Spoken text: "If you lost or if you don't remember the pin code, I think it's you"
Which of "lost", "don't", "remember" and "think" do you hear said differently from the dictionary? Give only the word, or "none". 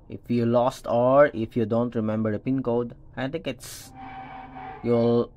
think